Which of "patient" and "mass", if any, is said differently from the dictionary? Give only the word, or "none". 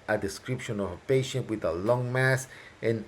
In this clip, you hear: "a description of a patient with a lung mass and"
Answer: none